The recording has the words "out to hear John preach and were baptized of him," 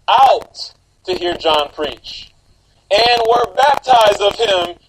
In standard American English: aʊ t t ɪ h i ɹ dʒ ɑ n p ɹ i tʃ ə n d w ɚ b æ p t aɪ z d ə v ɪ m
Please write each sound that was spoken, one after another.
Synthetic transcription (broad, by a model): aʊ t t ɪ h i ɹ dʒ ɑ n p ɹ i tʃ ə n w ɚ b æ p t aɪ z d ə v ɪ m